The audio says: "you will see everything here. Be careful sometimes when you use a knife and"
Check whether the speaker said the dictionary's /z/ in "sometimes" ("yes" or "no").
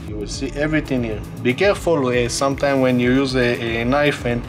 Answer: no